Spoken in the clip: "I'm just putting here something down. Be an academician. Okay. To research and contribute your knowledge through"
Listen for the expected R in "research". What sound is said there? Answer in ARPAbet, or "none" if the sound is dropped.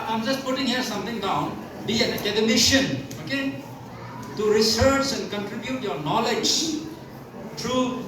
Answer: R